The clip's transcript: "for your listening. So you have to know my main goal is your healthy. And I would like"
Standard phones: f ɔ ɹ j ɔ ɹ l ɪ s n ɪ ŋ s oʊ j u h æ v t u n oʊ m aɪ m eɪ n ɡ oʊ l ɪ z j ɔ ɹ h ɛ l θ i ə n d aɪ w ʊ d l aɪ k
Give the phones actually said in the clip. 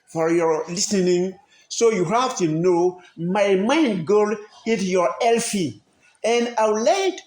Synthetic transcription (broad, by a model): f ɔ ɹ j ɔ ɹ l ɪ s n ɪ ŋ s oʊ j u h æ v t u n oʊ m aɪ m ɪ n ɡ oʊ l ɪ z j ɔ ɹ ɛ l f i ə n d aɪ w l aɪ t